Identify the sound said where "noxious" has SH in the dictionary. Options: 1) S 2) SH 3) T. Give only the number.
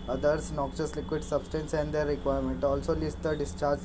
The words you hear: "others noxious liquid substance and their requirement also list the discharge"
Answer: 1